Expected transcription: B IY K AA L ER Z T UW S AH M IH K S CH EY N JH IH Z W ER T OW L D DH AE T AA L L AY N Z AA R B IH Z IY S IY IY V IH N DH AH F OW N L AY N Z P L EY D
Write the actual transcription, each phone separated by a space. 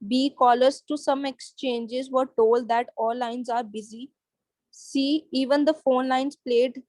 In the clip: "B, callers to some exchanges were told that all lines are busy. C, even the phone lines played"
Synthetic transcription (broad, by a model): B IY K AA L ER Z T UW S AH M IH K S CH EY N JH IH Z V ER T OW L D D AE T AA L L AY N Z AA R B IH Z IY S IY IY V IH N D AH F OW N L AY N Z P L EY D